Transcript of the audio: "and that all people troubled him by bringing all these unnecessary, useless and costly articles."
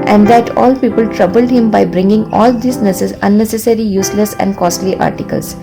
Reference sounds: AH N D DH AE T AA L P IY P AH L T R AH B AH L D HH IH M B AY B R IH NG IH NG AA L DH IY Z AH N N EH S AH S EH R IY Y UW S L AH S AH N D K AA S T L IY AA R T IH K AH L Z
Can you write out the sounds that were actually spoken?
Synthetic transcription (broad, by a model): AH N D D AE T AA L P IY P AH L T R AH B AH L D HH IH M B AY B R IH NG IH NG AA L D IY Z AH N N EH S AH S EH R IY Y UW S L AH S AH N D K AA S T L IY AA R T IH K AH L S